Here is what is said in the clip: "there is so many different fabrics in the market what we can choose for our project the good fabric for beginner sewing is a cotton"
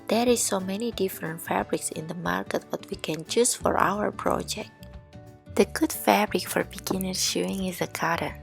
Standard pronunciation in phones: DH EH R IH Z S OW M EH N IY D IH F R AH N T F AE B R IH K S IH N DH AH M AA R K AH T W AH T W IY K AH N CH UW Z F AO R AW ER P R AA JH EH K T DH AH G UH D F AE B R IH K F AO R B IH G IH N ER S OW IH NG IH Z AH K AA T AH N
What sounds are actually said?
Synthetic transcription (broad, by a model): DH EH R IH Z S OW M EH N IY D IH F R AH N T F AE B R IH K S IH N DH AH M AA R K AH T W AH T W IY K AH N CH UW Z F AO R AW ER P R AA JH EH K T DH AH G UH D F AE B R IH K F AO R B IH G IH N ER SH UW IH NG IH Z AH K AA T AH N